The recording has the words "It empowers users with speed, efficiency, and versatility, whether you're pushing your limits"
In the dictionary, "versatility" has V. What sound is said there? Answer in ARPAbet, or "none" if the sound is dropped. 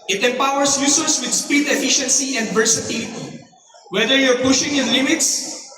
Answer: P